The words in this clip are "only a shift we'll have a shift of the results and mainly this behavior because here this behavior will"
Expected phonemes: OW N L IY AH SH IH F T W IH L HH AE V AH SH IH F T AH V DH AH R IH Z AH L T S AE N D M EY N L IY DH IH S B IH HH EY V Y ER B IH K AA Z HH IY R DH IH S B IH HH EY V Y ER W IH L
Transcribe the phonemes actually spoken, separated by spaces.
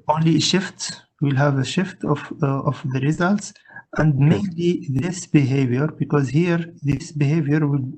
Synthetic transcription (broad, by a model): OW N L IY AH SH IH F T W IH L HH AE V AH SH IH F T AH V DH AH R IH Z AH L T S AE N D M EY N L IY DH IH S B IH HH EY V Y ER B IH K AA Z HH IY R DH IH S B IH HH EY V Y ER W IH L